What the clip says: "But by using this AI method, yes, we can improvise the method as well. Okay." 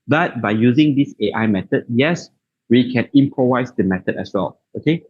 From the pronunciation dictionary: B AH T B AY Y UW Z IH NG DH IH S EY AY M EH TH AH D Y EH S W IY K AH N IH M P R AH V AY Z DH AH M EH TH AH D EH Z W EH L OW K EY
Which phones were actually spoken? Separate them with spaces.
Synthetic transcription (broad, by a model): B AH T B AY Y UW Z IH NG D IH S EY AY M EH T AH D Y EH S W IY K AH N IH M P R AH V AY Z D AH M EH T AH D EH S W EH L OW K EY